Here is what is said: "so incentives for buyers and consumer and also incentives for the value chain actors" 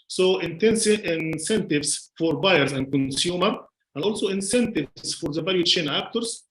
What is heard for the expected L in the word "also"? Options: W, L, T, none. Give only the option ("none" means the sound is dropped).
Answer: L